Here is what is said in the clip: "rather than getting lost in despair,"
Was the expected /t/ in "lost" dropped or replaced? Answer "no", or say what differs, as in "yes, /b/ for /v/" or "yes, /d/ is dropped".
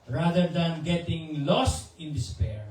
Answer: no